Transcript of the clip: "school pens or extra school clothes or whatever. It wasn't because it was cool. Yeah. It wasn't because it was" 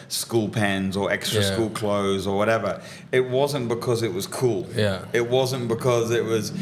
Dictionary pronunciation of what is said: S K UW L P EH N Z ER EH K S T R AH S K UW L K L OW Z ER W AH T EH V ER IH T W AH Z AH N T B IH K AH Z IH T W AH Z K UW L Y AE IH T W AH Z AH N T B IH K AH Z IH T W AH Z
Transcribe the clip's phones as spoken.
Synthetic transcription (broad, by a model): S K UW L P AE N Z ER EH K S T R AH S K UW L K L OW Z ER W AH T EH V ER IH T W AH Z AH N B IH K AH Z IH T W AH Z K UW L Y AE IH T W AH Z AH N B IH K AH Z IH T W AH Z